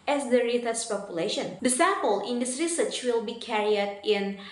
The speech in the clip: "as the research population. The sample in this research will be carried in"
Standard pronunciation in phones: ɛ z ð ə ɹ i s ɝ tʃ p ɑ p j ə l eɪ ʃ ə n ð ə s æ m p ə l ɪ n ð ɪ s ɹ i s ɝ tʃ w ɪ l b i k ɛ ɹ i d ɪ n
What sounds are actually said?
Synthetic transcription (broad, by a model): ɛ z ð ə ɹ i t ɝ s p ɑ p j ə l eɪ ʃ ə n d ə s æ p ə l ɪ n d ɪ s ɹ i s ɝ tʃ w ɪ l b i k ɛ ɹ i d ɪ n